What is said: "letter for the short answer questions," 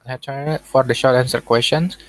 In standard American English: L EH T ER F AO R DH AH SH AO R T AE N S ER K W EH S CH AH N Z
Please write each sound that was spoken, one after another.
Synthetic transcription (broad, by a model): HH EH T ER F AO R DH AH SH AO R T AE N S ER K W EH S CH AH N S